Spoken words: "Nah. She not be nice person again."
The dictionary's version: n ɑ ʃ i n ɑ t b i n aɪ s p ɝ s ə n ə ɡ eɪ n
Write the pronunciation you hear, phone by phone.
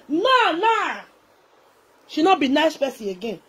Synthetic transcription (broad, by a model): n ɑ ʃ i n ɑ t b i n aɪ s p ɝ s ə ə ɡ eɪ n